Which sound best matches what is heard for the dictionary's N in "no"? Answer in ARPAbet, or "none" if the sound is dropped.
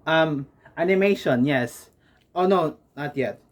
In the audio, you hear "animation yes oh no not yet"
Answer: N